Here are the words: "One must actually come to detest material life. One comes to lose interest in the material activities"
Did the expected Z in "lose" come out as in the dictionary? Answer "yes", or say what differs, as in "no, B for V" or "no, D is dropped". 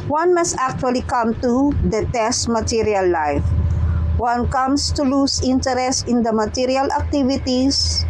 no, S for Z